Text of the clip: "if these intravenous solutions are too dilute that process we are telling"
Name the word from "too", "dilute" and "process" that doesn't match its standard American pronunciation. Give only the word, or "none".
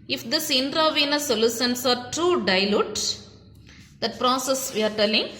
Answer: none